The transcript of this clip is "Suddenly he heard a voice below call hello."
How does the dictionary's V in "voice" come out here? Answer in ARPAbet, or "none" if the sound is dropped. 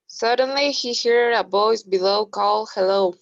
B